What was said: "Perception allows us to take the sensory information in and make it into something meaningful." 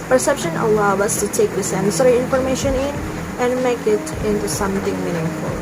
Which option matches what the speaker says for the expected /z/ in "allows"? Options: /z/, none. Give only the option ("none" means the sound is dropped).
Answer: none